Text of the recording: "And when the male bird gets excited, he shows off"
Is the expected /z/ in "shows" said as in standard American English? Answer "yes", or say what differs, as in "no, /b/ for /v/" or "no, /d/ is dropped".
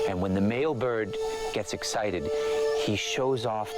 yes